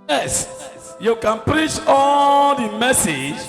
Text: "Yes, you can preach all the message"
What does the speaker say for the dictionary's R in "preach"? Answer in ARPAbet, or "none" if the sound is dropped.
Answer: R